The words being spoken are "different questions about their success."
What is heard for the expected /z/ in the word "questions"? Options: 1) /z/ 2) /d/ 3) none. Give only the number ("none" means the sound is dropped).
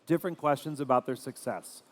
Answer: 1